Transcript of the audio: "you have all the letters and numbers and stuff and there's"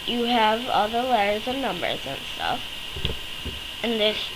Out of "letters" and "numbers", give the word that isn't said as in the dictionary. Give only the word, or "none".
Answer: none